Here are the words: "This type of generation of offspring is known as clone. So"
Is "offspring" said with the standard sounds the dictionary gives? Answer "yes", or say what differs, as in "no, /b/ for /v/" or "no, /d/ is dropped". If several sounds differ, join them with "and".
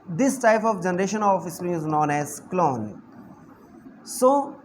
no, /f/ is dropped